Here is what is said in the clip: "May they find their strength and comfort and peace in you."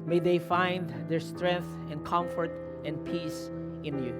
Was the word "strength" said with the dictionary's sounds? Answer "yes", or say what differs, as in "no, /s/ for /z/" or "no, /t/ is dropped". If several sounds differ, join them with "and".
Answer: yes